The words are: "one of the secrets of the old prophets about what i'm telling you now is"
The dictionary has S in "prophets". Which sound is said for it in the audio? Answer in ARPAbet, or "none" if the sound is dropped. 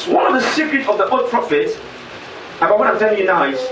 none